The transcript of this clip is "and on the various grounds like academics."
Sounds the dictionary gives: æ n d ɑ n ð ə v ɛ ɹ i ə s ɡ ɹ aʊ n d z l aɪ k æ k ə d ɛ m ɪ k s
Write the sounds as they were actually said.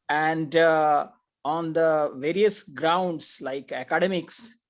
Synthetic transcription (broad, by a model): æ n d ɑ n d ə v ɛ ɹ i ə s ɡ ɹ aʊ n d s l aɪ k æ k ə d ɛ m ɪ k s